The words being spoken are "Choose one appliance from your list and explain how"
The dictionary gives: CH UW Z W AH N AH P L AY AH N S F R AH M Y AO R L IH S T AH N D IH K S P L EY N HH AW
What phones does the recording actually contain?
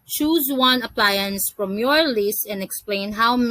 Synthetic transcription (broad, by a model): CH UW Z W AH N AH P L AY AH N S F R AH M Y AO R L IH S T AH N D IH K S P L EY N HH AW